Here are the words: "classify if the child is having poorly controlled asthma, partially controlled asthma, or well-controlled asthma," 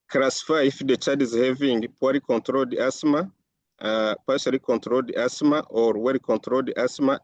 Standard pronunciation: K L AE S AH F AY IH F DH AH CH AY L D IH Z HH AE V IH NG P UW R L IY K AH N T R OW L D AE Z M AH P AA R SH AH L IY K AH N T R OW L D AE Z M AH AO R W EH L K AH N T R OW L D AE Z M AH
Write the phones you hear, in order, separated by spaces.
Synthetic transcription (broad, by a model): K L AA S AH F AY IH F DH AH CH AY D IH Z HH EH V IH NG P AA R IY K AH N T R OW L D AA S M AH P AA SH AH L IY K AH N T R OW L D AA S M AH AO R W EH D K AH N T R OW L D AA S M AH